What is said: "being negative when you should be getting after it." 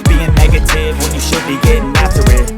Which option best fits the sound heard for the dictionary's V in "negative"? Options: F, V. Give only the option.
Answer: V